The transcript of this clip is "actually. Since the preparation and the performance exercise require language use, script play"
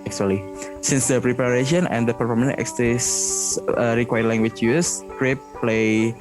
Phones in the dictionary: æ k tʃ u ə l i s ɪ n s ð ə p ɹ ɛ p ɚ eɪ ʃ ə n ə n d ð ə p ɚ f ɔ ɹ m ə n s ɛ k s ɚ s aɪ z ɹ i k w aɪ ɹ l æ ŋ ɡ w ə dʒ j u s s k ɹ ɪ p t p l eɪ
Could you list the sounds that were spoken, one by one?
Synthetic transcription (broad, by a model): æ k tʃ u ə l i s ɪ n s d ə p ɹ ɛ p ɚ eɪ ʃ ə n ə n d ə p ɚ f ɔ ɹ m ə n ɛ k s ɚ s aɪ ɹ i k w aɪ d l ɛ ŋ ɡ w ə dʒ j u s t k ɹ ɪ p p l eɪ